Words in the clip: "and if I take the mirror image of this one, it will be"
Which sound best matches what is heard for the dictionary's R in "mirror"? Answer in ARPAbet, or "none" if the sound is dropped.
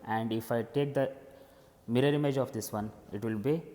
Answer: R